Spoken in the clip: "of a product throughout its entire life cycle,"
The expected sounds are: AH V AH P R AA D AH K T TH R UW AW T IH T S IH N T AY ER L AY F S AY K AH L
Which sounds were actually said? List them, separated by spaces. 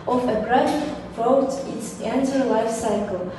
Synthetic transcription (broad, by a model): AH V AH B R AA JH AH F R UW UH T IH T S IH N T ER L AY F S AY K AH L